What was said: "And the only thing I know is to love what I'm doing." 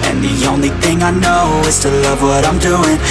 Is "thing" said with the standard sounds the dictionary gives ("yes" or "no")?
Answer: yes